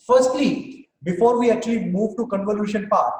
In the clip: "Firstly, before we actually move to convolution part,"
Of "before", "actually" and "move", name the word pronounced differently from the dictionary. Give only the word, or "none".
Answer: actually